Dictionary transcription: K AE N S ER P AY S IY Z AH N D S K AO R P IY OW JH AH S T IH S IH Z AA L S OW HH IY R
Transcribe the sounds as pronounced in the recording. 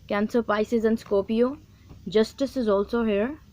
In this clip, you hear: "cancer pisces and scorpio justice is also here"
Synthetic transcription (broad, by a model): K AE N S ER P AY S IY Z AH N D S K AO P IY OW JH AH S T IH S IH Z AA L S OW HH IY R